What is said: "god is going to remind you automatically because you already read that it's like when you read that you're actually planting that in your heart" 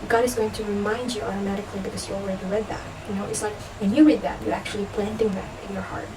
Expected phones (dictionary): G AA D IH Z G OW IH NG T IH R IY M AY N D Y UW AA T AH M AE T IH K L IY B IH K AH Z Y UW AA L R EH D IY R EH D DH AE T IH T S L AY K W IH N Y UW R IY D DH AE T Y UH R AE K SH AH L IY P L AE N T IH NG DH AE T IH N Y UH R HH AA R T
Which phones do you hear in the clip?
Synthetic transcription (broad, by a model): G AA D IH Z G OW IH NG T IH R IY M AY N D Y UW AA T AH M AE T IH K L IY B IH K AH Z Y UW AA L R EH D IY R EH D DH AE T IH T S L AY K W IH N Y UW R IY D DH AE T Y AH R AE K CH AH L IY P L AE N T IH NG DH AE T IH N Y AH R HH AA R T